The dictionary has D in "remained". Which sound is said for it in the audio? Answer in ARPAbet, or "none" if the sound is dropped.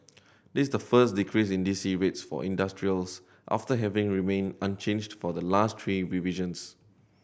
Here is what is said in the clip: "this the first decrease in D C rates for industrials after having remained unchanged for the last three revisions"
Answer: none